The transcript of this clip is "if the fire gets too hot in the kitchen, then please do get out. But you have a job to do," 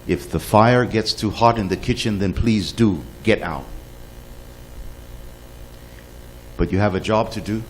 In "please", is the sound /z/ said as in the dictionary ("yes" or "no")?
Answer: yes